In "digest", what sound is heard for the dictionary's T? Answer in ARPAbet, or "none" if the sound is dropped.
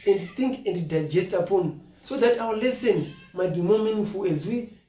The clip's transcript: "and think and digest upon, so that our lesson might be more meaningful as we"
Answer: T